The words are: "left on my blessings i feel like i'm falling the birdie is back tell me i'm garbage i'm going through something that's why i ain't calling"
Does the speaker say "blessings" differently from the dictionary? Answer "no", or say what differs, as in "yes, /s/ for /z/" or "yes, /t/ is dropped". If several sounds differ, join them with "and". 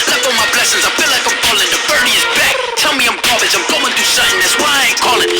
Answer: no